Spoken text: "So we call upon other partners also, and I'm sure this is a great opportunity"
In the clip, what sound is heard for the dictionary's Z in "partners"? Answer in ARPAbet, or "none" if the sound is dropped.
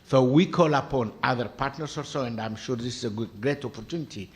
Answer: S